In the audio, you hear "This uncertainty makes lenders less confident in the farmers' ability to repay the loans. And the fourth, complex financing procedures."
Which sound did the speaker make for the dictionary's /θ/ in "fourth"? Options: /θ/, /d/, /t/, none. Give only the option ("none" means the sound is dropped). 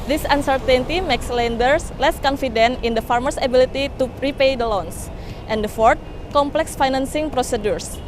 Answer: /t/